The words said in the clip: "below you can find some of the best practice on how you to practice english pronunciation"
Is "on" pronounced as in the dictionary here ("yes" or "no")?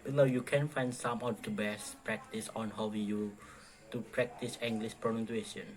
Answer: yes